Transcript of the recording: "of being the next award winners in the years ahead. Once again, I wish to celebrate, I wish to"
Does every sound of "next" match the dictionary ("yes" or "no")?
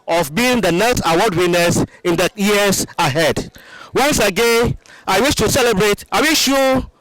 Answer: no